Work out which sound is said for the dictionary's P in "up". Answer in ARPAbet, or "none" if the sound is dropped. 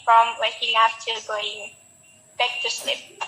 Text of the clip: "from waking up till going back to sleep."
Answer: F